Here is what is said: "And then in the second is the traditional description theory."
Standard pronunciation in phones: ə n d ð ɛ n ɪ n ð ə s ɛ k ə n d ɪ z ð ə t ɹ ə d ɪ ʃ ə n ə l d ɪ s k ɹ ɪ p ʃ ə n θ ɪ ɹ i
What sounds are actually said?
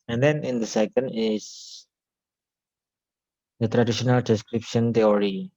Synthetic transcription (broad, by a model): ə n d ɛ n ɪ n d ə s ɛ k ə n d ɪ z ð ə t ɹ ə d ɪ ʃ ə n ə l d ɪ s k ɹ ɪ p ʃ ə n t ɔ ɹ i